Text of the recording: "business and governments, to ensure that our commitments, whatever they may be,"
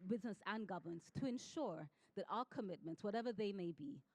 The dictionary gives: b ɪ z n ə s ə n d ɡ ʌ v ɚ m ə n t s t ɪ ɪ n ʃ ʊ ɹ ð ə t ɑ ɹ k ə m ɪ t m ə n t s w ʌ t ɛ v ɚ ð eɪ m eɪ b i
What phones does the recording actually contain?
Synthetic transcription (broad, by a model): b ɪ z n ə s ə n ɡ ʌ v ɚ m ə n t s t ɪ ɪ n ʃ ʊ ɹ ð ə t ɑ l k ə m ɪ t m ə n t s w ʌ t ɛ v ɚ ð eɪ m eɪ b i